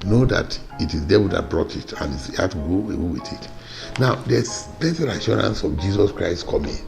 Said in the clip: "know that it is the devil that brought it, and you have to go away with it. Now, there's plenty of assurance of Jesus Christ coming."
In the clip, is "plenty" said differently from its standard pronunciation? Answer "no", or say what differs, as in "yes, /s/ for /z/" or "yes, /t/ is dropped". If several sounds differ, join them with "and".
yes, /l/ is dropped